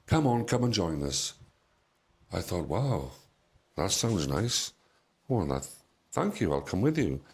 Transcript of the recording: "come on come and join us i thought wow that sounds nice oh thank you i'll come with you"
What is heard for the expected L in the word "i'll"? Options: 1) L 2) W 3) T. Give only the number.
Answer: 1